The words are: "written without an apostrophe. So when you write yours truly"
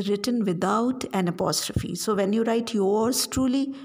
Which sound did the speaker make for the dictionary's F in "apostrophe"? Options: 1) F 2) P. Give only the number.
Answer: 1